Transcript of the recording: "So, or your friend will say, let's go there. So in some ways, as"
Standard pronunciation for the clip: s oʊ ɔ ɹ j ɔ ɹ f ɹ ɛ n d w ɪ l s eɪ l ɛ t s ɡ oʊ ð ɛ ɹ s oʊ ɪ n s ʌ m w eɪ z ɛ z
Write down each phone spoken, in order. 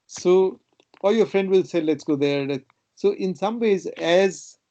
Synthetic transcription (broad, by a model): s oʊ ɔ l j ɔ ɹ f ɹ ɛ n d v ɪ l s eɪ l ɛ t s ɡ oʊ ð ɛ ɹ s oʊ ɪ n s ʌ m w eɪ z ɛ z